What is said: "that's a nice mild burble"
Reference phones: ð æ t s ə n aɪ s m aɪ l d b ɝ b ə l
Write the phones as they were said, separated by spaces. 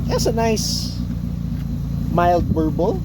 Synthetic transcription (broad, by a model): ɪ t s ə n aɪ s m aɪ l d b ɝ b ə l